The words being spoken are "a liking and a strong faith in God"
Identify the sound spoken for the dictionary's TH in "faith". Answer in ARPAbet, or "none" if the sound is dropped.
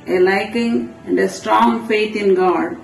T